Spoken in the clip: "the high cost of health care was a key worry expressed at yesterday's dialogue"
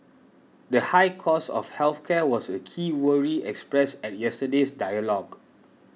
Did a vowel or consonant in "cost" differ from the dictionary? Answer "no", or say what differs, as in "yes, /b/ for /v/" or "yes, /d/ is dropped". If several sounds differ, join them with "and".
yes, /t/ is dropped